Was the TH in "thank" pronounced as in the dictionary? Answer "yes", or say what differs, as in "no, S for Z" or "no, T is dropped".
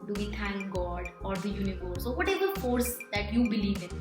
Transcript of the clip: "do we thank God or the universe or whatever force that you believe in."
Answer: no, T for TH